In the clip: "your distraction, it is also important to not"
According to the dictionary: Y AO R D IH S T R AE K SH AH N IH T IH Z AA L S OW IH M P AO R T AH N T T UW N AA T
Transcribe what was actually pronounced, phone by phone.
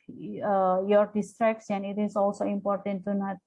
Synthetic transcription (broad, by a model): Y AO R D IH S T R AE K S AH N IH T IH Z AA L S OW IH M P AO R T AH N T T UW N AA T